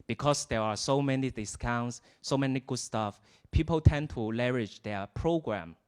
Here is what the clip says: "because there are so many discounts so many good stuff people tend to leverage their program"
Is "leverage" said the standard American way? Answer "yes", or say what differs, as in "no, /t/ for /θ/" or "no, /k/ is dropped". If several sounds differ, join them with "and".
no, /v/ is dropped